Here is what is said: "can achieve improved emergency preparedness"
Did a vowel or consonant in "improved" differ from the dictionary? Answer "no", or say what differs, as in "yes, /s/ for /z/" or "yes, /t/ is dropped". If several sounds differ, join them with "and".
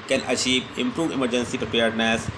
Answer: yes, /d/ is dropped